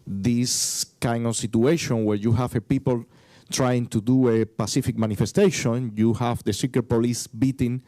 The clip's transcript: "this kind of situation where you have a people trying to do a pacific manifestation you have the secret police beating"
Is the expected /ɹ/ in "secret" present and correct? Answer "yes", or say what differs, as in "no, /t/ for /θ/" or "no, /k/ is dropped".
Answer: no, /ɹ/ is dropped